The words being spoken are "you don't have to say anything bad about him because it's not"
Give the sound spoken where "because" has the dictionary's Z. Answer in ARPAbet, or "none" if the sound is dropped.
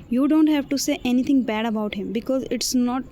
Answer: Z